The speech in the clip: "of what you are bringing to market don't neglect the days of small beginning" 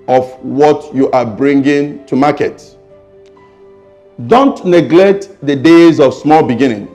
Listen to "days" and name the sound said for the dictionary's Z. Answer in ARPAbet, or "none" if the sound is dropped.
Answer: Z